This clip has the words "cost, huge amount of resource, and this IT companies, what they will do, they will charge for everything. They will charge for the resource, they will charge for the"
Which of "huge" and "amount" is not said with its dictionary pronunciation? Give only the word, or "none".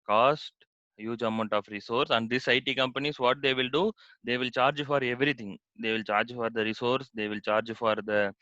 none